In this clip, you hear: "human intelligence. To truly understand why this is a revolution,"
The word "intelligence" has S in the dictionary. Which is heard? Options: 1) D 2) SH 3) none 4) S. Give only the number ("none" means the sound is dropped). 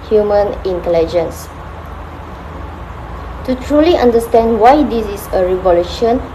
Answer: 4